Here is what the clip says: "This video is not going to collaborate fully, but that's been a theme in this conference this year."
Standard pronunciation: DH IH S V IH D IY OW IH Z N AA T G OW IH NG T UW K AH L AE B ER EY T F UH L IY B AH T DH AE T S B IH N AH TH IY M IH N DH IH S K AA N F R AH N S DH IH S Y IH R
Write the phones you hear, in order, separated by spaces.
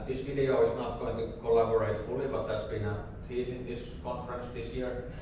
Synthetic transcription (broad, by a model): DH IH S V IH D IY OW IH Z N AA T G OW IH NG T UW K AH L AE B ER EY T F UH L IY B AH T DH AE T S B IH N AH T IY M IH N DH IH S K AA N F R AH N S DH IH S Y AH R